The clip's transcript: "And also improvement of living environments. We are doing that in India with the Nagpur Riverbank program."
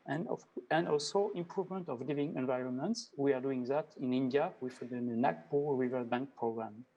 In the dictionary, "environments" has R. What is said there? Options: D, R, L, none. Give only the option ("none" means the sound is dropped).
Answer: R